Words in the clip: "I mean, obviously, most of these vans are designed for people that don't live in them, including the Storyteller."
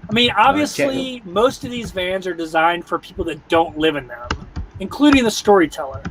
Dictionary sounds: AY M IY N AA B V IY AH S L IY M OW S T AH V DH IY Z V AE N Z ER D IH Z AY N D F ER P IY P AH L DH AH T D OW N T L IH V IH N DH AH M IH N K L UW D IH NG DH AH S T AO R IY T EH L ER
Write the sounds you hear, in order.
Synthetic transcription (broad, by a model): AY M IY N AA B V IY AH S L IY M OW S T AH V DH IY Z V AE N Z ER D IH Z AY N D F ER P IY P L DH AH T D OW N T L IH V IH N DH AH M IH N K L UW D IH NG DH AH S T AO R IY T EH L ER